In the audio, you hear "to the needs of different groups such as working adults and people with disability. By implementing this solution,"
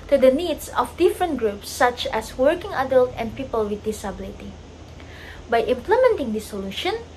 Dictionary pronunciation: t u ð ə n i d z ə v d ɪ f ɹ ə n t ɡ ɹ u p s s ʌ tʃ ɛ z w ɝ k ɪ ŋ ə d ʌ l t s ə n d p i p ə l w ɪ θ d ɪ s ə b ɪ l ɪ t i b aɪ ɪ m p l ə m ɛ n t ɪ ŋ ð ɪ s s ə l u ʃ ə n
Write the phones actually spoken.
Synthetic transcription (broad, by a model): t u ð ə n i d s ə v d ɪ f ɹ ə n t ɡ ɹ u p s s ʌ tʃ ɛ s w ɝ k ɪ ŋ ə d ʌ l t ə n d p i p ə l w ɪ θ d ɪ s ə b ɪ l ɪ t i b aɪ ɪ m p l ə m ɛ n t ɪ ŋ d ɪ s s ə l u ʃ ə n